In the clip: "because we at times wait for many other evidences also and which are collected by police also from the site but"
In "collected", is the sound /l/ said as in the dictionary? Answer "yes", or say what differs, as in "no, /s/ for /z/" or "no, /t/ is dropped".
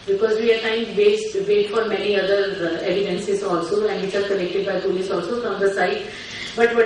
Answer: no, /n/ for /l/